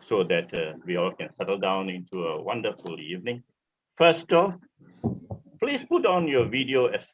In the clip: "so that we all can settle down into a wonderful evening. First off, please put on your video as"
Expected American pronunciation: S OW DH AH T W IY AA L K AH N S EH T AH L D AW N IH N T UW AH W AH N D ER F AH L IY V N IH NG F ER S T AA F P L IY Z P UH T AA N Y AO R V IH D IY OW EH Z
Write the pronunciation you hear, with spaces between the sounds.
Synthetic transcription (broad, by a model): S OW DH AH T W IY AA L K AH N S EH T AH L D AW N IH N T UW AH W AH N D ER F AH L IY V N IH NG F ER S T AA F P L IY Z P UH T AA N Y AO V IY D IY OW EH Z